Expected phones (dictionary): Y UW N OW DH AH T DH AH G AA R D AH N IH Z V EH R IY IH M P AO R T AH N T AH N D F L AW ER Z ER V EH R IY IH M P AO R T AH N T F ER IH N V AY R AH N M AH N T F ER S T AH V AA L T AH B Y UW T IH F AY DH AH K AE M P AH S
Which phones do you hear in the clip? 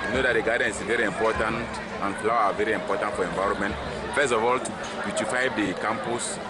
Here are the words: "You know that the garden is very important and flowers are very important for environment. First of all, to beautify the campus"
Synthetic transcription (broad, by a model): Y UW N OW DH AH T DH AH G AA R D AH N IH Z V EH R IY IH M P AO T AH N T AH N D F L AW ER AA V EH R IY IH M P AO T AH N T F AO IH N V AY R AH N M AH N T F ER S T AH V AA L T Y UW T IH F AY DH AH K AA M P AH S